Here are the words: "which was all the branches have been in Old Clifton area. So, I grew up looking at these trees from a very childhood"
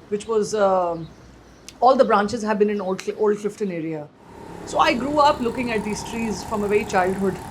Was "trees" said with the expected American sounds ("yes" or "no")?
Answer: yes